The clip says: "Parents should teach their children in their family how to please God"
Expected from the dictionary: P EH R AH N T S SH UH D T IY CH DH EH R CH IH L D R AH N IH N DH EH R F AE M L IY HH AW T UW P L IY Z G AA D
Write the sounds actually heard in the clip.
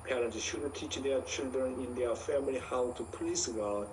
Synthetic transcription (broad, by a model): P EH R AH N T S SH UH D T IY CH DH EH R CH IH L D R AH N IH N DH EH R F AE M L IY HH AW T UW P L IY S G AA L